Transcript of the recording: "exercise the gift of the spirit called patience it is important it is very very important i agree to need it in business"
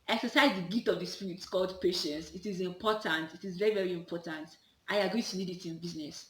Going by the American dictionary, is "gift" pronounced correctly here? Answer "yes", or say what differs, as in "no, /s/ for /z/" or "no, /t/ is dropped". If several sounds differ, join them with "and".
no, /f/ is dropped